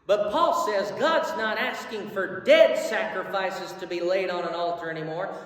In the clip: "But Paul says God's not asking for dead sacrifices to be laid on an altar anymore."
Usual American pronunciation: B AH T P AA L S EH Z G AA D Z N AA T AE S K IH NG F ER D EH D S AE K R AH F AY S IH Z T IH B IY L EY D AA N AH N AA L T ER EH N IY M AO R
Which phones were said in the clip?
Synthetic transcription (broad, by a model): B AH T P AA L S EH Z G AA D Z N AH T AE S K IH NG F ER D EH D S AE K R AH F AY S IH Z T IH B IY L EY D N AH N AA L T ER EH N IY M AO R